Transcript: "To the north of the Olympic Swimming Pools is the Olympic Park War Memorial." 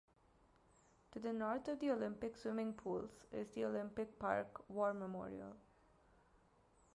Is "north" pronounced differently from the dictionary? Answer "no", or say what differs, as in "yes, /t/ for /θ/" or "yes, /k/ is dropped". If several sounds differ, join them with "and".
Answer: yes, /t/ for /θ/